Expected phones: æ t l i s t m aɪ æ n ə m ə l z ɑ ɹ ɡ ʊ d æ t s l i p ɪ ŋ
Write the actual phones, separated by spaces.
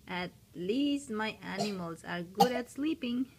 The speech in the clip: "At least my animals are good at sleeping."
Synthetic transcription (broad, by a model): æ t l i s t m aɪ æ n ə m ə l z ɑ ɹ ɡ ʊ d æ t s l i p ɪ ŋ